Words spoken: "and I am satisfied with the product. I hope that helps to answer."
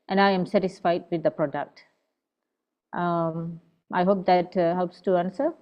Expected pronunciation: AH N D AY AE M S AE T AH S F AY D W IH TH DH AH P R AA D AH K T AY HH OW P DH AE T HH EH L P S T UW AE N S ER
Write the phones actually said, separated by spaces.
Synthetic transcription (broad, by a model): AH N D AY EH M S AE T AH S F AY D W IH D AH P R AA D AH K T AY HH OW P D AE T HH EH L P S T UW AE N S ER